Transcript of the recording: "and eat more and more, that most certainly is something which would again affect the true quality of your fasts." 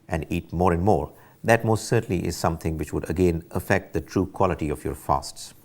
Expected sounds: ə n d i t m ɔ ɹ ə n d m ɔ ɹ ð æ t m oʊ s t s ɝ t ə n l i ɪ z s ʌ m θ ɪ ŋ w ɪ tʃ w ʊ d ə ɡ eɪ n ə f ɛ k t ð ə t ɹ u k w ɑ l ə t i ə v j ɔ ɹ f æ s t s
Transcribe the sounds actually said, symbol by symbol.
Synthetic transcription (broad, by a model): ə n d i t m ɔ ɹ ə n m ɔ ɹ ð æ t m oʊ s t s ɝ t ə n l i ɪ z s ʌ m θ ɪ ŋ w ɪ tʃ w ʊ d ə ɡ eɪ n ə f ɛ k t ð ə t ɹ u k w ɑ l ə t i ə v j ɔ ɹ f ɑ s t s